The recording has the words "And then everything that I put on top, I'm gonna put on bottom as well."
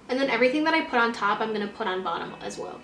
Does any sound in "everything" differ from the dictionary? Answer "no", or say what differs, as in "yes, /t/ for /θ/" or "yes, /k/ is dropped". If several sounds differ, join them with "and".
no